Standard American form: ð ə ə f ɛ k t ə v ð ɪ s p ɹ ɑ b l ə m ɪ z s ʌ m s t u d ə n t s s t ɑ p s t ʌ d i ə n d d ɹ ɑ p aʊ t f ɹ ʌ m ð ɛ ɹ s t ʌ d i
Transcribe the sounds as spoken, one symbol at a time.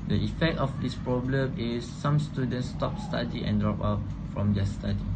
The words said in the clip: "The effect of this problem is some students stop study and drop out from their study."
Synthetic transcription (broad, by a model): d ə ə f ɛ k t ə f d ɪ s p ɹ ɑ b l ə m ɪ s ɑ m s t u d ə n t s s t ɑ p s t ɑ d i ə n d d ɹ ɑ p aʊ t f ɹ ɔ m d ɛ s t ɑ d i